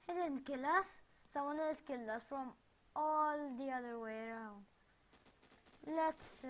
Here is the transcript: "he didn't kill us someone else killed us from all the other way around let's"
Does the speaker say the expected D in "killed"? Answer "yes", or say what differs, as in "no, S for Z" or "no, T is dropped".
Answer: no, D is dropped